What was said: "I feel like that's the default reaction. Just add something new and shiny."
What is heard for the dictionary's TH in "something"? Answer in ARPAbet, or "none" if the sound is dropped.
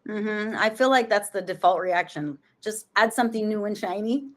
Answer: TH